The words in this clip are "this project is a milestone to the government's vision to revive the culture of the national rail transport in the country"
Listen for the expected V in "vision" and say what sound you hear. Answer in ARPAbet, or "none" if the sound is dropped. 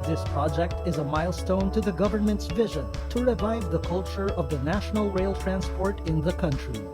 V